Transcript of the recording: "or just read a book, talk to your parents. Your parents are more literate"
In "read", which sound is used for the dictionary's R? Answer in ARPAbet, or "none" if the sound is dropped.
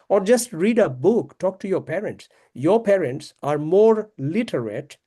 R